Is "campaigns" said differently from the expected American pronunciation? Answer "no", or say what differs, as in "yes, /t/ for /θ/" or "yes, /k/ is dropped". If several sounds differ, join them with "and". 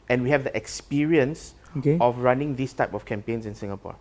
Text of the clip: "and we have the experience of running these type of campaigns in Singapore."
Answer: yes, /s/ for /z/